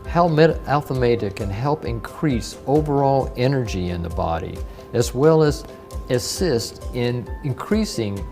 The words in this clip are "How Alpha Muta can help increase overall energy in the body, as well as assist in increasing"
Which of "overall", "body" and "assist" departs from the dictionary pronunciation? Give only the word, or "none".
none